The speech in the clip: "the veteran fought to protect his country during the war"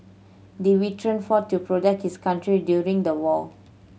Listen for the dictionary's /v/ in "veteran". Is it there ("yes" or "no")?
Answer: no